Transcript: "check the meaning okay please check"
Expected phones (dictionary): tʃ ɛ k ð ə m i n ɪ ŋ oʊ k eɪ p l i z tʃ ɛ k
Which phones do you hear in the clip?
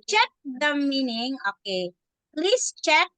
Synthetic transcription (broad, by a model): tʃ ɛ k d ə m i n ɪ ŋ oʊ k eɪ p l i s tʃ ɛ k